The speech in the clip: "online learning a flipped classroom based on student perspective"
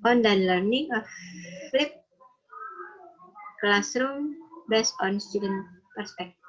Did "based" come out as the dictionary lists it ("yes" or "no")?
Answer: no